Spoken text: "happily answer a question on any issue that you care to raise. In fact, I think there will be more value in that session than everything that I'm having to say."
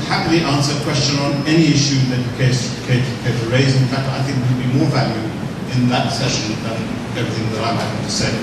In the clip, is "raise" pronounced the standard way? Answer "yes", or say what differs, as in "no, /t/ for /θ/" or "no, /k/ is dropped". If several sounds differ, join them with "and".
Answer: yes